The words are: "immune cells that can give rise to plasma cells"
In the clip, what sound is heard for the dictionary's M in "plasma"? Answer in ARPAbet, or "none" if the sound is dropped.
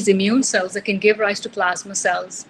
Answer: M